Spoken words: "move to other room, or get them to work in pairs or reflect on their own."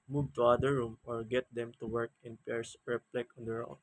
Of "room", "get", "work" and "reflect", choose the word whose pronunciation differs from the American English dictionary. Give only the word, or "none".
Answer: reflect